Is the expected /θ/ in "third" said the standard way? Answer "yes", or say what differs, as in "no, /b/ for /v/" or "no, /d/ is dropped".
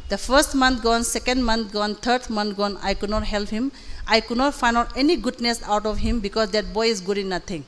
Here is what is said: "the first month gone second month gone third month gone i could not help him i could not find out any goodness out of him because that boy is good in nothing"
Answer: no, /t/ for /θ/